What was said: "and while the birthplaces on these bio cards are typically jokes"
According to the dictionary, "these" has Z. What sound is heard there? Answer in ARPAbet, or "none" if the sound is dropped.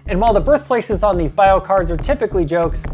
Z